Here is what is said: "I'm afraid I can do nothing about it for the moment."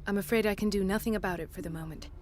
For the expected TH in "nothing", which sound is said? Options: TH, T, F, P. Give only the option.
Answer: TH